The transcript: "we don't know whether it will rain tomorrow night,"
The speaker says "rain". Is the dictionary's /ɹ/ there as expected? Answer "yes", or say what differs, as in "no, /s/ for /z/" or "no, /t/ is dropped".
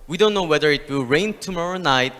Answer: yes